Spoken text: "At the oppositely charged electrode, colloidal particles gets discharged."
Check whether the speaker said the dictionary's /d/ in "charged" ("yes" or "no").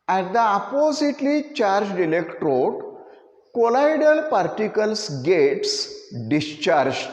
yes